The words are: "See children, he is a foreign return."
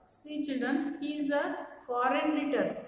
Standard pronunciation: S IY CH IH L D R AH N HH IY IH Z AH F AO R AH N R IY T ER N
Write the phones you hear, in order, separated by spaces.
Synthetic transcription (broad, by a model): S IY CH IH D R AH N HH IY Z AH F AO R AH N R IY T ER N